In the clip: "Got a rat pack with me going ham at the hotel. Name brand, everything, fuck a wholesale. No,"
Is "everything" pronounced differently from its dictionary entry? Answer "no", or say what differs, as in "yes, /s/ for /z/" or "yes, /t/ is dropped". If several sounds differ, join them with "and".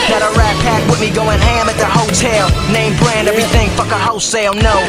no